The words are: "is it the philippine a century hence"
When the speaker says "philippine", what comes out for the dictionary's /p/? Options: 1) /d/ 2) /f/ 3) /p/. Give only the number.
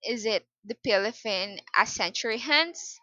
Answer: 2